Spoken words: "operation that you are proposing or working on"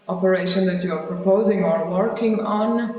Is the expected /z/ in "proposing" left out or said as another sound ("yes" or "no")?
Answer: no